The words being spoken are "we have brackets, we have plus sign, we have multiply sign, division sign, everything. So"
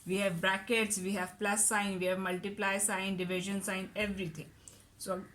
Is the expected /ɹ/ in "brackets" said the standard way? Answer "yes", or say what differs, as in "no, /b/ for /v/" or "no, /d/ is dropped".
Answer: yes